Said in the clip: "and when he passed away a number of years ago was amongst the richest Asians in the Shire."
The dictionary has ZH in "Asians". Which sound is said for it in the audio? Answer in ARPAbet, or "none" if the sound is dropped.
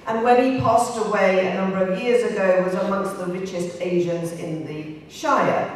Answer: ZH